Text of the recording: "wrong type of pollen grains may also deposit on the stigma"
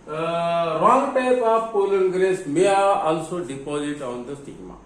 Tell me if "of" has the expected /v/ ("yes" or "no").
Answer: no